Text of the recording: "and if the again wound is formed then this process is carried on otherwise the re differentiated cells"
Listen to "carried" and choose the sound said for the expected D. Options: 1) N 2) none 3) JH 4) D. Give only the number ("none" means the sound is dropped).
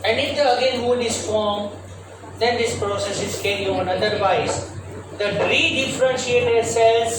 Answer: 2